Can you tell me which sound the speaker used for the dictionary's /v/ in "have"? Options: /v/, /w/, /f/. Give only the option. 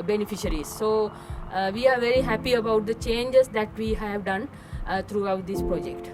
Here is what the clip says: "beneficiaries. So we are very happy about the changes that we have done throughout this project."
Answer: /v/